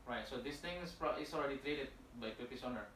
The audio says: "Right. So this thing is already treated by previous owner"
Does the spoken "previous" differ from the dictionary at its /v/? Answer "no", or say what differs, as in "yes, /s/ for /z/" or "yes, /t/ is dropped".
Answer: yes, /p/ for /v/